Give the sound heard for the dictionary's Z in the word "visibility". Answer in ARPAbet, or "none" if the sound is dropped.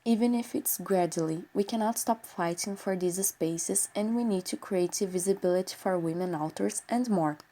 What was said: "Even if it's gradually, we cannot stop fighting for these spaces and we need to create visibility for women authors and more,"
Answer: Z